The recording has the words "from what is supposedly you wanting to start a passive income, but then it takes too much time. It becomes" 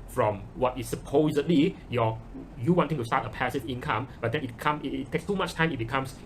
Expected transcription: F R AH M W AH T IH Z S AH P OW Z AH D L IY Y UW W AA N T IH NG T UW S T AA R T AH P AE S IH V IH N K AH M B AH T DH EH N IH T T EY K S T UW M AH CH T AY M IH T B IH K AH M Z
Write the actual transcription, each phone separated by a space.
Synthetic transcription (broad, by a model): F R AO M W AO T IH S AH P OW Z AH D L IY Y UW W AA N T IH NG T UW S T AA T AH P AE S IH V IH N K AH M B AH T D EH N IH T T EY K S T UW M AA CH T AY M IH T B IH K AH M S